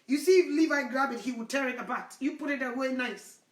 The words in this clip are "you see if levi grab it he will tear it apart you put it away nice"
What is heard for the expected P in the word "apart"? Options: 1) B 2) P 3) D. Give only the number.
1